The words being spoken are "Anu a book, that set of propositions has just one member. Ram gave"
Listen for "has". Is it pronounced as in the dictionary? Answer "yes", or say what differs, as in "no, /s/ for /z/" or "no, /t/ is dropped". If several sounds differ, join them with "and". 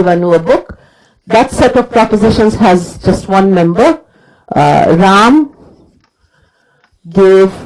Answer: yes